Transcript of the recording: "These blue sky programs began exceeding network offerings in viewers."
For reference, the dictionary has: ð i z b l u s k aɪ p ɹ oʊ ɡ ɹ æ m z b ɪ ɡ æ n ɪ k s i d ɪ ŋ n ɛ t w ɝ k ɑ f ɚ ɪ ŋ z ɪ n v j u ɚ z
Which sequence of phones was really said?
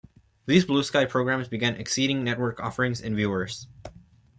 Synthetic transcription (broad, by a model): ð i z b l u s k aɪ p ɹ oʊ ɡ ɹ æ m z b ɪ ɡ æ n ɪ k s i d ɪ ŋ n ɛ t w ɝ k ɑ f ɚ ɪ ŋ z ɪ n v j u ɚ z